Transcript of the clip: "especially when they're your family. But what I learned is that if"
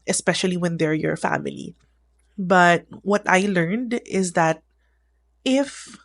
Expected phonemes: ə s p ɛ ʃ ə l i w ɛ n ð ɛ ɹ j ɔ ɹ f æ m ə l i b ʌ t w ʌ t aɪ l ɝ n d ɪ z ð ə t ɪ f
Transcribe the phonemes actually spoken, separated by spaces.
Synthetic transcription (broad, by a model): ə s p ɛ ʃ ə l i w ɛ n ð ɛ ɹ j ɔ ɹ f æ m ə l i b ʌ t w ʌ t aɪ l ɝ n d ɪ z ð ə t ɪ f